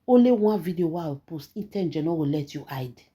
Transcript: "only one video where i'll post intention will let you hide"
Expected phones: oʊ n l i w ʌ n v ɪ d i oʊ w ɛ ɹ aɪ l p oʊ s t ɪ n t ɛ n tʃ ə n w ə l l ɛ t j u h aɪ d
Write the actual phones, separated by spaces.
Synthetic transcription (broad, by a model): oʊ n l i w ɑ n v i d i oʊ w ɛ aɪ w p oʊ s t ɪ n t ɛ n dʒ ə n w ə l l ɛ t j u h aɪ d